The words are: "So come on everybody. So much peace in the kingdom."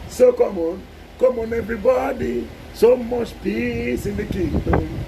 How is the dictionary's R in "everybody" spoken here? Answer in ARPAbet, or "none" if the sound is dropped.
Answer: R